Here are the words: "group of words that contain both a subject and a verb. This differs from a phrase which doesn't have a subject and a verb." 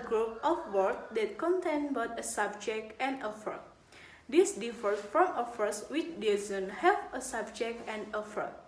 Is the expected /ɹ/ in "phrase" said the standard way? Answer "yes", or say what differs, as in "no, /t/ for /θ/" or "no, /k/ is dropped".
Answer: no, /ɹ/ is dropped